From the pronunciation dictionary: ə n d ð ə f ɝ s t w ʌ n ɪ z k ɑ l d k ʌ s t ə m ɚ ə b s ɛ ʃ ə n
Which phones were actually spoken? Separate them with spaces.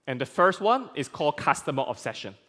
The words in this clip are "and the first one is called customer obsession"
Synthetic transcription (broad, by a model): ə n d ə f ɝ s t w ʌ n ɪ s k ɑ l d k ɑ s t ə m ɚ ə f s ɛ ʃ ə n